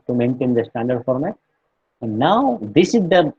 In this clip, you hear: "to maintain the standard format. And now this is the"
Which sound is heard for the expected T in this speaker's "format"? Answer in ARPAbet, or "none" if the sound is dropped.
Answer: none